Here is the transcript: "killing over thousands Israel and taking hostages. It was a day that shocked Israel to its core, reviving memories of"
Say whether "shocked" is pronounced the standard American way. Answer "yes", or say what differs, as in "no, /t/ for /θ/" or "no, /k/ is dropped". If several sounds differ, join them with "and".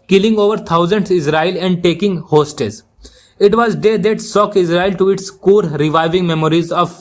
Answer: no, /s/ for /ʃ/ and /t/ is dropped